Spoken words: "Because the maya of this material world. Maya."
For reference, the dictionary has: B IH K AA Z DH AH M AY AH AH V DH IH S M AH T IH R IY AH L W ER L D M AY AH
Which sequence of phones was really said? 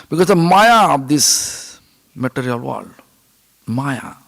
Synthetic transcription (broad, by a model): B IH K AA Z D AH M AY AH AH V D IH S M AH T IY R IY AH L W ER D M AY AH